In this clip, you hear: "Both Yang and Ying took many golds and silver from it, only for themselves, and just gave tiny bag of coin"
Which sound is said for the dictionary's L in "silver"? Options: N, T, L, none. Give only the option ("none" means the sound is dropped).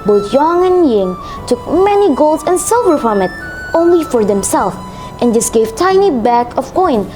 L